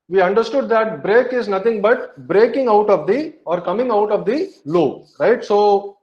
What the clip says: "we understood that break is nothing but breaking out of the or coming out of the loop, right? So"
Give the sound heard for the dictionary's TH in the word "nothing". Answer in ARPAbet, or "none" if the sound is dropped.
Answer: T